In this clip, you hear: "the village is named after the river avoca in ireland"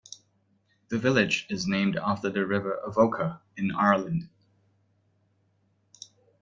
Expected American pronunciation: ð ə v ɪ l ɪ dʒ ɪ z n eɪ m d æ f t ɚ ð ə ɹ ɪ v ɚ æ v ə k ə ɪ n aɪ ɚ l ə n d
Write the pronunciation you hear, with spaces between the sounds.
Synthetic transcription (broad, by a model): ð ə v ɪ l ɪ dʒ ɪ z n eɪ m d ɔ f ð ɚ ð ə ɹ ɪ v ɚ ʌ v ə k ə ɪ n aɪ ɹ l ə n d